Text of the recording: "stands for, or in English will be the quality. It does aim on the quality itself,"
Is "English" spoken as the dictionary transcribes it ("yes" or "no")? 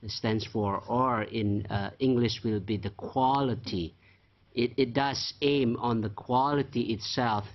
yes